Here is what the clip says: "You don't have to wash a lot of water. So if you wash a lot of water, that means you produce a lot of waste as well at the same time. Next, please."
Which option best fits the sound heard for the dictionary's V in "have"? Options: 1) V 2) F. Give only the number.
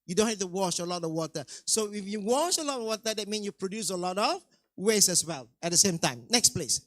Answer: 2